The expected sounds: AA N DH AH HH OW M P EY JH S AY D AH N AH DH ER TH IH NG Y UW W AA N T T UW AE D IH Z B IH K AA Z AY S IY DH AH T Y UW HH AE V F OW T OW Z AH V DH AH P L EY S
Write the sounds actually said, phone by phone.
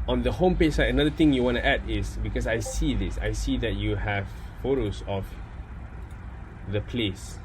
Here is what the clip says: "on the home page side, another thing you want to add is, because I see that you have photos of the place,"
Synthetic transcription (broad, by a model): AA N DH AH HH OW M P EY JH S AY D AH N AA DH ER T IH NG Y UW W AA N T T UW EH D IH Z B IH K AA S AY S IY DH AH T Y UW HH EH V F OW T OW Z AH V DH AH P L EY S